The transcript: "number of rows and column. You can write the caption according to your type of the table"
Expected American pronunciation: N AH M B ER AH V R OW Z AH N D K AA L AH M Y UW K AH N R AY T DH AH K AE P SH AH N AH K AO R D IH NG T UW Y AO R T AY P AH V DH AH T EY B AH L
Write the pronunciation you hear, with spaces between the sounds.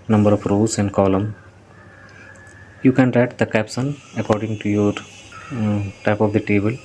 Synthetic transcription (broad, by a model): N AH M B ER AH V R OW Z AH N D K AA L AH M Y UW K AH N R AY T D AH K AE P S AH N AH K AO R D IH NG T UW Y AO R T AY P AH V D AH T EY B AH L